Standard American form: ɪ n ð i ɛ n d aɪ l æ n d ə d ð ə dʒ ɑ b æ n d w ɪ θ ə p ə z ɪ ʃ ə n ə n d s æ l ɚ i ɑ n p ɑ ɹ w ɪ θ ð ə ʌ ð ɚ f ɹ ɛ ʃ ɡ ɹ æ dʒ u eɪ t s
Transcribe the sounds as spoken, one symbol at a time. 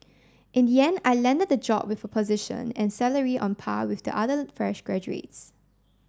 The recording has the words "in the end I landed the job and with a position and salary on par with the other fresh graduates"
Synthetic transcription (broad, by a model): ɪ n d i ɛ n aɪ l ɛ n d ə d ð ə dʒ ɑ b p w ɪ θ ə p ə z ɪ ʃ ə n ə n s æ l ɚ i ɑ n p ɑ w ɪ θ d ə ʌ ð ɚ f ɹ ɛ ʃ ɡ ɹ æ dʒ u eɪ t s